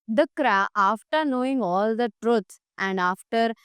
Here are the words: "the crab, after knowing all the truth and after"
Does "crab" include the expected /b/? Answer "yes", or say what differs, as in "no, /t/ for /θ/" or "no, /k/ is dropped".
no, /b/ is dropped